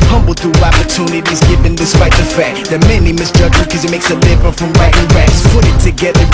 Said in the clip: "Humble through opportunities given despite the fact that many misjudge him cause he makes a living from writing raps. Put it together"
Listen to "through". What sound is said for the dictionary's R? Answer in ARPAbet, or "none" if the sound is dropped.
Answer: none